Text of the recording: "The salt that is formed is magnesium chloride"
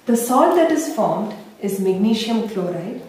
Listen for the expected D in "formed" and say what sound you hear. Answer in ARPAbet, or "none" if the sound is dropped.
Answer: D